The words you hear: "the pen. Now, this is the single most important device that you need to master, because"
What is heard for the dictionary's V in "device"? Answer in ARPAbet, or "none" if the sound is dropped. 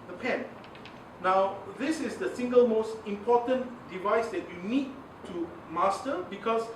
V